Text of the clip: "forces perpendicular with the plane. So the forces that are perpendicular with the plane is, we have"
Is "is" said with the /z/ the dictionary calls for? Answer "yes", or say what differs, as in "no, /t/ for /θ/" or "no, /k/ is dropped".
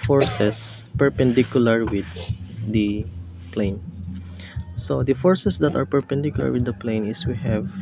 no, /s/ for /z/